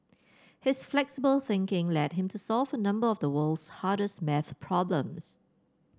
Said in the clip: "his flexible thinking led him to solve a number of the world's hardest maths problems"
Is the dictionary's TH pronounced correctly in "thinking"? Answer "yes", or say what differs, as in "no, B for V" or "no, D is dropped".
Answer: yes